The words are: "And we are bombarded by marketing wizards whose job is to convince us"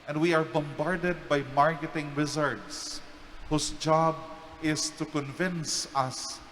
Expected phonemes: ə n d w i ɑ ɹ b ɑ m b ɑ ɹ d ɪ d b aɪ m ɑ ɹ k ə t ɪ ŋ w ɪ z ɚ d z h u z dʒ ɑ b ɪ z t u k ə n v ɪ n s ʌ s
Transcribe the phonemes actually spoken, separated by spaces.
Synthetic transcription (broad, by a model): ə n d w i ɑ ɹ b ɑ m b ɑ ɹ d ɪ d b aɪ m ɑ ɹ k ə t ɪ ŋ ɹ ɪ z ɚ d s h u s dʒ ɑ b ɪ s t u k ə n v ɪ n s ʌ s